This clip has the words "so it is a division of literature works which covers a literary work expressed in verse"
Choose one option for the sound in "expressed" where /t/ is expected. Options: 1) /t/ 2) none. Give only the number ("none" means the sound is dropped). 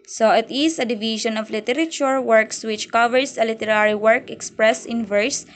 2